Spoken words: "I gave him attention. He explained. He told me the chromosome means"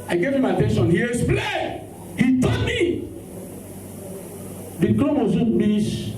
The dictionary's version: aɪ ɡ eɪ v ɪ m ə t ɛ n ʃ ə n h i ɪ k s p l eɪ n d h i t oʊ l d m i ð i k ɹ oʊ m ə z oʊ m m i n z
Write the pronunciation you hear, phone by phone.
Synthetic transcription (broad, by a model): aɪ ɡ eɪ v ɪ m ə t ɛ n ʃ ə n h i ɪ s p l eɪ h i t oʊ d m i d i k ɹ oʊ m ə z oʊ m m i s